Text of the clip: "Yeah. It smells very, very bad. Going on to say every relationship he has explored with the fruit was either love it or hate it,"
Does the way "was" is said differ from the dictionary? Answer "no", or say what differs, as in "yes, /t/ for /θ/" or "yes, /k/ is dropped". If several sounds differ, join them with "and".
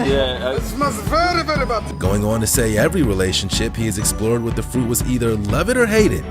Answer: no